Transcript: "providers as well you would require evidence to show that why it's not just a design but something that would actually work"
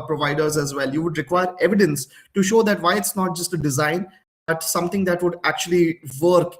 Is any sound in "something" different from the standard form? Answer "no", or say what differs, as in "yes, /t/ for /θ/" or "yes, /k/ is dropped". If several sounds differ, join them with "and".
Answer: yes, /t/ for /θ/